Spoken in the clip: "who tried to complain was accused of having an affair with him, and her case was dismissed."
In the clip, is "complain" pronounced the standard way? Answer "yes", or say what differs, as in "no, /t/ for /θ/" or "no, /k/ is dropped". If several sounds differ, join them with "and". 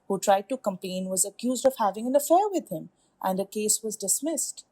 no, /l/ is dropped